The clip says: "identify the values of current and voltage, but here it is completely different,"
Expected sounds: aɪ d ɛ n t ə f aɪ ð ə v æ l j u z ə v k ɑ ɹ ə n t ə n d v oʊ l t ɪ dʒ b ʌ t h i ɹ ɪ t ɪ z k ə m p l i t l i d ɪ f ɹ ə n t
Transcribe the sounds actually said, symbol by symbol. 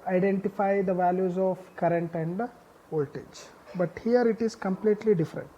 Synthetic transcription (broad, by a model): aɪ d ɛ n t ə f aɪ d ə v æ l j u z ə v k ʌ ɹ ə n t ə n d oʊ l t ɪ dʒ b ʌ t h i ɹ ɪ t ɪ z k ə m p l i t l i d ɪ f ɹ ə n t